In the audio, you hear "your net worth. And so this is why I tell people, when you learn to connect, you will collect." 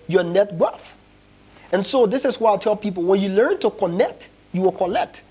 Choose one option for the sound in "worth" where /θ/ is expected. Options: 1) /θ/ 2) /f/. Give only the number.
2